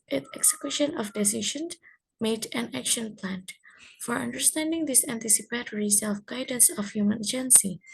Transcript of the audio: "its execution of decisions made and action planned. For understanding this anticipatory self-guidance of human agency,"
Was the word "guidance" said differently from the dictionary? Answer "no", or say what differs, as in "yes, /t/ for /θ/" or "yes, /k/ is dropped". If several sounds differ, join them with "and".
no